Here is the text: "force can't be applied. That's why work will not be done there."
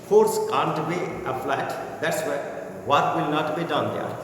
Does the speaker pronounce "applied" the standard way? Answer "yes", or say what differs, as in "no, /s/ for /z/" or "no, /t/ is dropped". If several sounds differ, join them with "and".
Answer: no, /f/ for /p/